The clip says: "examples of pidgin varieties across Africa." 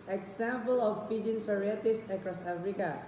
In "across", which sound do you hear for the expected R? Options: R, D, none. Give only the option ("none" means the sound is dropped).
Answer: R